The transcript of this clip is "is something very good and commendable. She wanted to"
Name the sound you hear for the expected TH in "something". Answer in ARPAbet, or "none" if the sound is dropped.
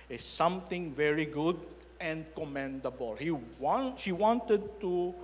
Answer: T